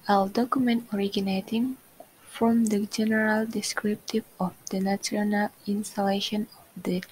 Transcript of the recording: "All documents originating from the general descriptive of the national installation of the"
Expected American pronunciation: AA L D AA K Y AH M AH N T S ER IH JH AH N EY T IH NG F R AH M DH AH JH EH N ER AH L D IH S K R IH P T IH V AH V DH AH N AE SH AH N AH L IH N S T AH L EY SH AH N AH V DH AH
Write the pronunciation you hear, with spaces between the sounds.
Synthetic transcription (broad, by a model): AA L D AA K Y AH M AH N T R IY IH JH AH N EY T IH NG F R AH M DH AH JH EH N ER AH L D IH S K R IH P T IH V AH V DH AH N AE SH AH N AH L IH N S T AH L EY SH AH N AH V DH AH